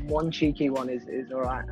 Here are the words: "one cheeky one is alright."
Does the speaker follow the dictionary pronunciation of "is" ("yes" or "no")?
yes